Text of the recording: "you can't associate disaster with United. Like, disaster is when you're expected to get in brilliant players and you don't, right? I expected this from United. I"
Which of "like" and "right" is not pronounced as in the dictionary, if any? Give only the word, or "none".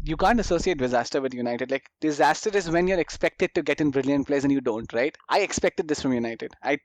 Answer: none